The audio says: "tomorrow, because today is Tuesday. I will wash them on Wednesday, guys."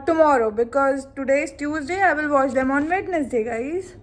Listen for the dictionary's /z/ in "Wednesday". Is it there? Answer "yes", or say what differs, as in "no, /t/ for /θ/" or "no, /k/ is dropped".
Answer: no, /s/ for /z/